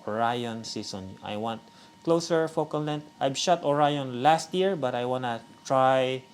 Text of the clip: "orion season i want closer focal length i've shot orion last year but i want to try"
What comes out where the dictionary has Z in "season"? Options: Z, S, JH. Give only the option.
S